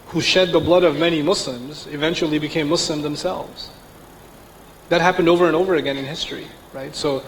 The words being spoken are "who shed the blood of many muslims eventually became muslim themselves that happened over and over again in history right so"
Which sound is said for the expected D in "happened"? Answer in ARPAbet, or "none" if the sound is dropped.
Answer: D